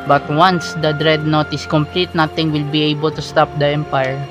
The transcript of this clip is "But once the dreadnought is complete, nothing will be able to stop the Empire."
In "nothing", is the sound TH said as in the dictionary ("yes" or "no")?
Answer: no